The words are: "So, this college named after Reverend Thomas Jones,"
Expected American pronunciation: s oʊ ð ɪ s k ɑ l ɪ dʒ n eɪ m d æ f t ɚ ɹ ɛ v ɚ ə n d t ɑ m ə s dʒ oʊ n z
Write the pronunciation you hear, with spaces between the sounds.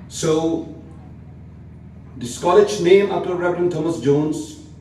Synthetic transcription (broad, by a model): s oʊ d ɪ s k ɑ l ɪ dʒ n eɪ m ɑ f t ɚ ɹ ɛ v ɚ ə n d t ɑ m ə s dʒ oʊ n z